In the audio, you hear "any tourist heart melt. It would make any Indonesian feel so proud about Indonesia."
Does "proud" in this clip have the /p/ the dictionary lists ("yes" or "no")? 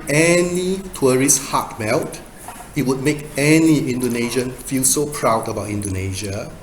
yes